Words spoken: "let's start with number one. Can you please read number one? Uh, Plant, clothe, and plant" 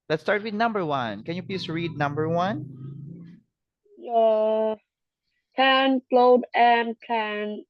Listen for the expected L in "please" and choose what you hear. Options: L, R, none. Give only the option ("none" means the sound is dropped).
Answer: none